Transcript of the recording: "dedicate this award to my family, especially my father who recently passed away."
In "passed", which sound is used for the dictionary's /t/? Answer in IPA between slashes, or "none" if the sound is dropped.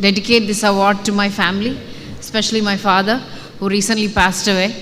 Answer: /t/